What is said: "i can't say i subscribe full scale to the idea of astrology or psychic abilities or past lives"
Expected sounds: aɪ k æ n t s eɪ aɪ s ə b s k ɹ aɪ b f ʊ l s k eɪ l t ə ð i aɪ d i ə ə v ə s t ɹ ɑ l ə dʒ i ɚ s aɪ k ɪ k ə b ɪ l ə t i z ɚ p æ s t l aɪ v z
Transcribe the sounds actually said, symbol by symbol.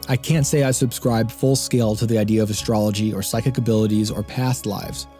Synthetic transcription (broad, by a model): aɪ k æ n t s eɪ aɪ s ə b s k ɹ aɪ b f ʊ l s k eɪ l t ə ð i aɪ d i ə ə v ə s t ɹ ɑ l ə dʒ i ɚ s aɪ k ɪ k ə b ɪ l ə t i z ɚ p æ s t l aɪ v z